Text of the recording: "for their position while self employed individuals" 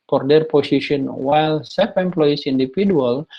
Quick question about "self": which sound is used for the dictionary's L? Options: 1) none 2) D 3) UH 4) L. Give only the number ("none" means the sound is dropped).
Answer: 1